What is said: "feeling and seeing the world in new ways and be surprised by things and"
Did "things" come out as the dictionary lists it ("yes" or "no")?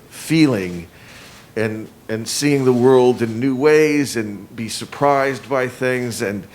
yes